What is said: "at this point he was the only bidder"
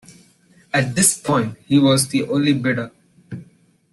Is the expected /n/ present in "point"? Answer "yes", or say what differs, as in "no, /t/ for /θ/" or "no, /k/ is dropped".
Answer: yes